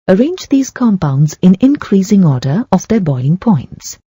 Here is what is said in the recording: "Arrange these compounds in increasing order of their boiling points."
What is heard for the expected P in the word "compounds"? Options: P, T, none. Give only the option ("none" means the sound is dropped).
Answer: P